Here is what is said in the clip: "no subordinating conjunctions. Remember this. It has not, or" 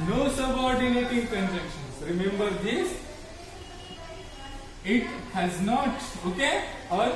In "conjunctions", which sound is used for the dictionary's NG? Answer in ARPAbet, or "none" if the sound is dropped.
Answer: none